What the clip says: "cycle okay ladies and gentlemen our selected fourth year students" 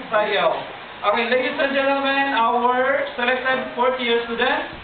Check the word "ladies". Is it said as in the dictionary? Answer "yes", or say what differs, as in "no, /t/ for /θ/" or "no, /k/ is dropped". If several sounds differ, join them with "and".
no, /s/ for /z/